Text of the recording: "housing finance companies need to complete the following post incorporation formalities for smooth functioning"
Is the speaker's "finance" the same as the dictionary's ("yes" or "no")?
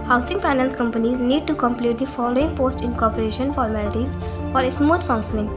no